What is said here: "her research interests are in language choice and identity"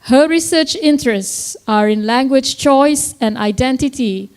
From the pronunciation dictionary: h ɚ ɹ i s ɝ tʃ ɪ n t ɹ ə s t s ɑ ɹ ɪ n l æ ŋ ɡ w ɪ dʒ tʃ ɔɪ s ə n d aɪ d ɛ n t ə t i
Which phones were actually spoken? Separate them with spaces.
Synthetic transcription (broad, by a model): h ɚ ɹ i s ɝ tʃ ɪ n t ɹ ə s t s ɑ ɹ ɪ n l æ ŋ ɡ w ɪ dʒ tʃ ɔɪ s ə n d aɪ d ɛ n t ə t i